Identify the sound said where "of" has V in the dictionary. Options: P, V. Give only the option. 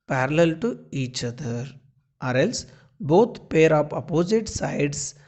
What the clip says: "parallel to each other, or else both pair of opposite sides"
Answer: P